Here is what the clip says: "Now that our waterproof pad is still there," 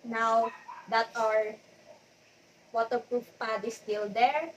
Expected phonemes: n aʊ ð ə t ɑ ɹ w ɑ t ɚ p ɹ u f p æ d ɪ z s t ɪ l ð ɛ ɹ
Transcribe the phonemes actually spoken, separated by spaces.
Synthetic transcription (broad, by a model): n aʊ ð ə t ɑ ɹ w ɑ t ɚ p ɹ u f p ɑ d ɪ s t ɪ l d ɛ ɹ